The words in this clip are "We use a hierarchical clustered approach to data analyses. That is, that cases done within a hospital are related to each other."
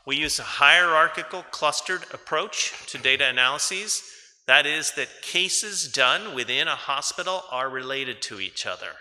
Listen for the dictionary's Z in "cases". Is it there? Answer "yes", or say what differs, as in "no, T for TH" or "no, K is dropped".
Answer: yes